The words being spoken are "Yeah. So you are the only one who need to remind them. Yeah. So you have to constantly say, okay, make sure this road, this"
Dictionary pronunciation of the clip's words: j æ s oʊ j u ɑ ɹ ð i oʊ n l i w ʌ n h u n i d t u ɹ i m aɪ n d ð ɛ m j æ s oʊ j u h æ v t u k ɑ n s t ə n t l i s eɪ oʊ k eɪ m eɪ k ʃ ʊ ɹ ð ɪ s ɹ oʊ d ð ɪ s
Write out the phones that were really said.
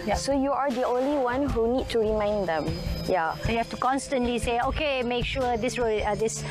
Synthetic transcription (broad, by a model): j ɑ s oʊ j u ɑ ɹ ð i oʊ n l i w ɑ n h u n i d t u ɹ i m aɪ n d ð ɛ m j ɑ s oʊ j u h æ f t u k ɑ n s t ə n t l i s eɪ oʊ k eɪ m eɪ k ʃ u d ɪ s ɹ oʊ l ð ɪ s